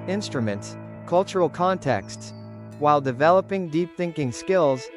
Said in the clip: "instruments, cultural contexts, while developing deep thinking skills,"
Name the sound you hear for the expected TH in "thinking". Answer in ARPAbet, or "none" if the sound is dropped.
TH